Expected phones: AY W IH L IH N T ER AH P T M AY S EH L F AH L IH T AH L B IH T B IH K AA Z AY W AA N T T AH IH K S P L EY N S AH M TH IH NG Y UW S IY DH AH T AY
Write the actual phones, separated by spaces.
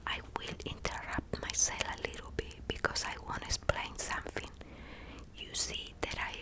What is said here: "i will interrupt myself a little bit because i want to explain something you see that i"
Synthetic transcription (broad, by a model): AY W IH L IH N T ER AH P T M AY S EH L AH L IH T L B IH T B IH K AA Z AY W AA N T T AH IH S P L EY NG S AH M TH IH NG Y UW S IY DH AH T AY